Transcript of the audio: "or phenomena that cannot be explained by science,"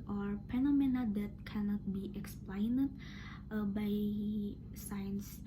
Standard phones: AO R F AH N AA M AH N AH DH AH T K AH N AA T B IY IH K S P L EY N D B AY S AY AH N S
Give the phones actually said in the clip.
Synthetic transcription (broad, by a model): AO R P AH N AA M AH N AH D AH T K AH N AA T B IY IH K S P L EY N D B AY S AY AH N S